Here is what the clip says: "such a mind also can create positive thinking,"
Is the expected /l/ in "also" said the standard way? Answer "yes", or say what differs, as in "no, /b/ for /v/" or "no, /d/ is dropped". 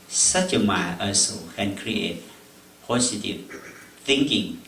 no, /l/ is dropped